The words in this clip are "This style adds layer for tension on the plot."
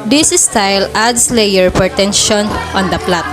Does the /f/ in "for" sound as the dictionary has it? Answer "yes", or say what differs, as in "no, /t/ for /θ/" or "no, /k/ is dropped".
no, /p/ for /f/